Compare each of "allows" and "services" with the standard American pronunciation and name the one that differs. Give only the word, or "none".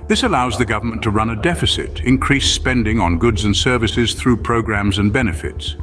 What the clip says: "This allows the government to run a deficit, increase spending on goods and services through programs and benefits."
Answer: none